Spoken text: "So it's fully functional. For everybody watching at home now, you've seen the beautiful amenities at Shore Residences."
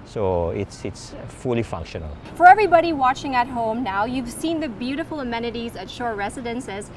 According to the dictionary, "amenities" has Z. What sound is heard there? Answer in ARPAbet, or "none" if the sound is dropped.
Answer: Z